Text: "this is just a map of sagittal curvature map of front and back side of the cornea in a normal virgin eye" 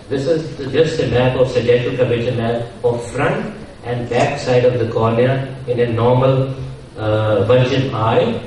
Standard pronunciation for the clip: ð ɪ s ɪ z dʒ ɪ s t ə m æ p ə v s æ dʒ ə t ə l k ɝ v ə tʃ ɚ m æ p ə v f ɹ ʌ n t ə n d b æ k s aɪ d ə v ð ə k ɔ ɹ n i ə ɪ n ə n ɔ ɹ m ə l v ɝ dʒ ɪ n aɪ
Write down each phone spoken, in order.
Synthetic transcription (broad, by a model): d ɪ s ɪ z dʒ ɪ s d ə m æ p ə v s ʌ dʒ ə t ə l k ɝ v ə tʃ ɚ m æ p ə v f ɹ ʌ n t ə n d b æ k s aɪ d ə v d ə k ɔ ɹ n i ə ɪ n ə n ɔ ɹ m ə l v ɝ dʒ ɪ n aɪ